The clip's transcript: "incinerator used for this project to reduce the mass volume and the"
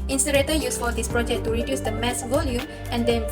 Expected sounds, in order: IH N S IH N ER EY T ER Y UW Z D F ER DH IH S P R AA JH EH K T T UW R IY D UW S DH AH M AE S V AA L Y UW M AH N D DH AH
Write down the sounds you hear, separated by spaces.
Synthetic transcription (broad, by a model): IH N S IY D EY T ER Y UW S F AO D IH S P R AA JH EH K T T UW R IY D UW S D AH M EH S V AA L Y UW M AH N D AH